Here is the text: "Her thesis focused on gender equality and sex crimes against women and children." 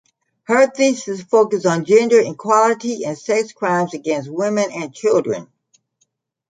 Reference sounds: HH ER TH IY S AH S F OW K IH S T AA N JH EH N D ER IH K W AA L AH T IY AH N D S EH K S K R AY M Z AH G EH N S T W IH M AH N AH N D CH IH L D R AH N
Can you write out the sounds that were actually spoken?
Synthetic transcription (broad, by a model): HH ER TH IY S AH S F OW K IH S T N JH EH N D ER IH K W AA L AH T IY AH N S EH K S K R AY M Z AH G EH N S T W IH M AH N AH N CH IH L D R AH N